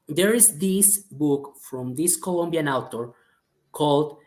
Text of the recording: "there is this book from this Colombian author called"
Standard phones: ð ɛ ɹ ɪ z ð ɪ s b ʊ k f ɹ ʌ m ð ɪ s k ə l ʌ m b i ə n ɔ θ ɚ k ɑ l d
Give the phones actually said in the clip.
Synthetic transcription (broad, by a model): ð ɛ ɹ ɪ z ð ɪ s b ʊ k f ɹ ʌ m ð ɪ s k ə l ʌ m b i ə n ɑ t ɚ k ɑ l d